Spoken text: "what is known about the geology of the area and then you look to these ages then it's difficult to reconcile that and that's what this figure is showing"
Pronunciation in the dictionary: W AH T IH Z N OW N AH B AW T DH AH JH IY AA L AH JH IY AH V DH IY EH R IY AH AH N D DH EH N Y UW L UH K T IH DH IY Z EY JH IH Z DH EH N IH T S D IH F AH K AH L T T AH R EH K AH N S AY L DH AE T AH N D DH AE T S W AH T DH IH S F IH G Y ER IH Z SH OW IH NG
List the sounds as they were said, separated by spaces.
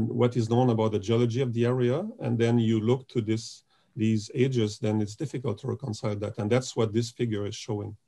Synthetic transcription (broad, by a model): W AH T IH Z N OW N AH B AW T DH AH JH IY AA L AH JH IY AH V DH IY EH R IY AH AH N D DH EH N Y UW L UH K T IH DH IY Z EY JH IH Z DH EH N IH T S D IH F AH K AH L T T AH R EH K AH N S AY L DH AE T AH N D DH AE T S W AH T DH IH S F IH G Y ER IH Z SH OW IH NG